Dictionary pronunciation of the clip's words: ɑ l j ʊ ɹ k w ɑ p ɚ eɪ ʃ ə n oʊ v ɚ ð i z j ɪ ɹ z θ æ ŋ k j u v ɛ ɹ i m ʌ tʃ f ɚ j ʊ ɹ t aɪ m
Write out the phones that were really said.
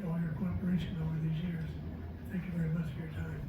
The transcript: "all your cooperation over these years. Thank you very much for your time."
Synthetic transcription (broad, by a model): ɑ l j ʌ ɹ k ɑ p ɚ eɪ ʃ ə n oʊ v ɚ ð i z j ɪ ɹ z θ æ ŋ k j u v ɛ ɹ i m ʌ tʃ f ɚ j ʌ ɹ t aɪ m